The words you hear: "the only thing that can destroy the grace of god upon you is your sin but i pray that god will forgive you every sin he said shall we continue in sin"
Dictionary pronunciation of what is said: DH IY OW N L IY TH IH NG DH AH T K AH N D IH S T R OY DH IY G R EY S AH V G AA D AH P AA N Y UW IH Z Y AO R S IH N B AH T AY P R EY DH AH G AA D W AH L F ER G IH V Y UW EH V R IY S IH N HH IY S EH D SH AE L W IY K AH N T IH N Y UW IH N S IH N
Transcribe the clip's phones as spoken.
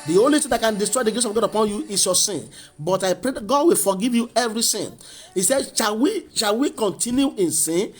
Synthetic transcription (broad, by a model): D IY OW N L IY T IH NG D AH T K AH N D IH S T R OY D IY G R EY S AH V G AA D AH P AA N Y UW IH S Y AO S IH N B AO T AY P R EY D G AA D W AH L F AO G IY V Y UW EH V R IY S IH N IY S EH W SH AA L W IY K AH N T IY N Y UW IH N S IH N